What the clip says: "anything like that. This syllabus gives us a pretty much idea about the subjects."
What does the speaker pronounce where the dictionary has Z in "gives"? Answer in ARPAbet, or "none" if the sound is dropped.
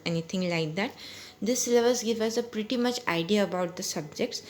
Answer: none